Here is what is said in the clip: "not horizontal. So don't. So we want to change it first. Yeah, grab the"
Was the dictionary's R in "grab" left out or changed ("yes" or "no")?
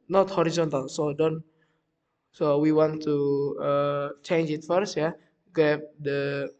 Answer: yes